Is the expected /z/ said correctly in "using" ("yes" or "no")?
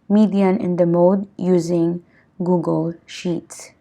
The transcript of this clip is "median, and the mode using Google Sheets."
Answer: yes